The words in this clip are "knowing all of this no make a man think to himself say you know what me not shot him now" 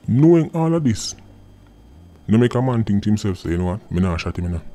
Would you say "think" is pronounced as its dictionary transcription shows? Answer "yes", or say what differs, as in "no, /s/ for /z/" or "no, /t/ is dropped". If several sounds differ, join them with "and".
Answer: no, /t/ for /θ/